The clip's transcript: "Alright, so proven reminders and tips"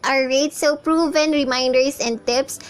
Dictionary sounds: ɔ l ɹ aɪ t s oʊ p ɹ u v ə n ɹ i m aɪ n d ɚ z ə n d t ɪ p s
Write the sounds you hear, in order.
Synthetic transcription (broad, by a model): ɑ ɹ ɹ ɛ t s oʊ p ɹ u v ə n ɹ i m aɪ n d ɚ s ə n d t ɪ p s